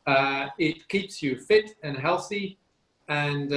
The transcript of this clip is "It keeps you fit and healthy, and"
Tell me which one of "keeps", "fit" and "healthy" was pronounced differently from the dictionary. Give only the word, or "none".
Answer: none